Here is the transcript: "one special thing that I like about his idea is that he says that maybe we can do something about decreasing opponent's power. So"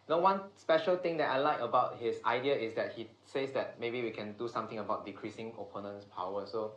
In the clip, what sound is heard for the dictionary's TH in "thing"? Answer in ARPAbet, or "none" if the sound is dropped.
T